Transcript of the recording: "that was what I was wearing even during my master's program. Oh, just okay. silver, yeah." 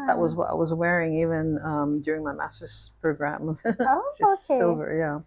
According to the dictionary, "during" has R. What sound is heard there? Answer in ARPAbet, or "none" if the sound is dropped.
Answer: R